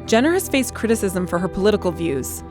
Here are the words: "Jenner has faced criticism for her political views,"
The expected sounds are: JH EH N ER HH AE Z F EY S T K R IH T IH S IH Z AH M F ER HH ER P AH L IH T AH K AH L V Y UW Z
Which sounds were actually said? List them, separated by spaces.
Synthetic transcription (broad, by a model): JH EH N ER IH S F EY S K R IH T IH S IH Z AH M F ER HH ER P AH L IH T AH K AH L V Y UW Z